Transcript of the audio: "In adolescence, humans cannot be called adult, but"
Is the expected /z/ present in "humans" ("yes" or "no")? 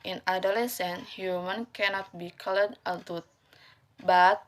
no